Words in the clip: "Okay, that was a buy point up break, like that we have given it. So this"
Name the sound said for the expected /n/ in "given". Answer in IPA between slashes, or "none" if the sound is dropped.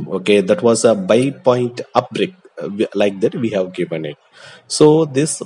/n/